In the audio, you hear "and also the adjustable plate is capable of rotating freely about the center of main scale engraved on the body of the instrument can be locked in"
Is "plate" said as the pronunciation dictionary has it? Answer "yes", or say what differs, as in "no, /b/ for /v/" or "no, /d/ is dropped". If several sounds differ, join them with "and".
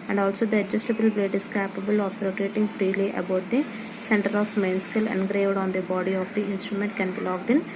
no, /b/ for /p/